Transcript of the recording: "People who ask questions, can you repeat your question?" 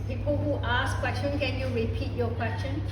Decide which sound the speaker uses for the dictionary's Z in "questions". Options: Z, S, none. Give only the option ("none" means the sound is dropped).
none